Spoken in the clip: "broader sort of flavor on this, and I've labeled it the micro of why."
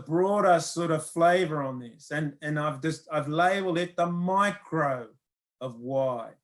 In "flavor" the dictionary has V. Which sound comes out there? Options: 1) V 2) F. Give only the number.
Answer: 1